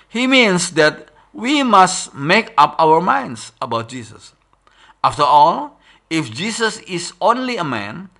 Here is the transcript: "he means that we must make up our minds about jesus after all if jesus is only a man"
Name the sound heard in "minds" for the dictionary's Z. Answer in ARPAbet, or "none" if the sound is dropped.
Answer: S